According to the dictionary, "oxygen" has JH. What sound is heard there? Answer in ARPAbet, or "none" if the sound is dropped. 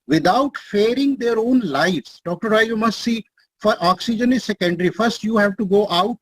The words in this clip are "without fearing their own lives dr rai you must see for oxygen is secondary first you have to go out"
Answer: JH